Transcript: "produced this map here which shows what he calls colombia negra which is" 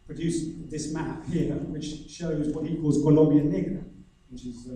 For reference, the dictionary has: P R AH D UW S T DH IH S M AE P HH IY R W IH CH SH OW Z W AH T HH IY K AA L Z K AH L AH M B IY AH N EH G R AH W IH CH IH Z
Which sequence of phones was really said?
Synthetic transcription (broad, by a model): P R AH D UW S DH IH S M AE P HH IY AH W IH CH SH OW Z W AH T HH IY K AA L Z K AH L AH M B IY AH N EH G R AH W IH CH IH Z